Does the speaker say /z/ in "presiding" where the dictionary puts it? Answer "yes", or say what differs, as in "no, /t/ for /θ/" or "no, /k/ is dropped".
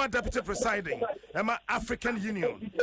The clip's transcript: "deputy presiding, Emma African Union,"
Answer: no, /s/ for /z/